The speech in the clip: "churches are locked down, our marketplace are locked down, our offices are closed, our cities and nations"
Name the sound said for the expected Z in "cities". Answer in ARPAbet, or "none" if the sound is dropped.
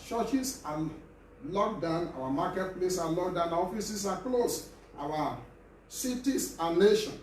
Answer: S